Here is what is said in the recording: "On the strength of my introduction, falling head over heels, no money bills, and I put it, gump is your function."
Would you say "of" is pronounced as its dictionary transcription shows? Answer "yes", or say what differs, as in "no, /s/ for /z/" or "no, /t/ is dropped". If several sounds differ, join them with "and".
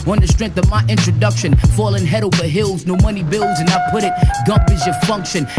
yes